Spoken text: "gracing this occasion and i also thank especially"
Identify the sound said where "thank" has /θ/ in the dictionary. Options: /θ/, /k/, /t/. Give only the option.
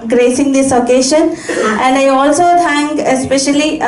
/t/